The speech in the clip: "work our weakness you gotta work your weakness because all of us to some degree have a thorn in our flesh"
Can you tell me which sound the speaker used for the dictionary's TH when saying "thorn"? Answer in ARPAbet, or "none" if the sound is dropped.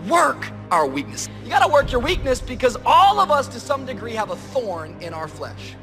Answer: TH